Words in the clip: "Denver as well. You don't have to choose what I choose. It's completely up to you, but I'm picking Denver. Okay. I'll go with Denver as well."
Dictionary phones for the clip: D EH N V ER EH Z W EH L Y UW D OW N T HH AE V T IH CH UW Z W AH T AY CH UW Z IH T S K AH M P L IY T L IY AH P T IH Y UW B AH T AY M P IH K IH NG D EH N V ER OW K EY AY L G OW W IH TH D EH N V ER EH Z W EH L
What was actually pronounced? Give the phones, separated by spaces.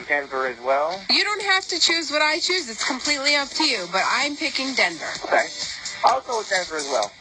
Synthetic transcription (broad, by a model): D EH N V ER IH Z W EH L Y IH D OW N T HH AE F T IH CH UW Z W AH T AY CH UW Z IH T S K AH M P L IY T L IY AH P T IH Y UW B AH T AY M P IH K IH NG D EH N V ER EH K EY AY L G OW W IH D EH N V ER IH Z W EH L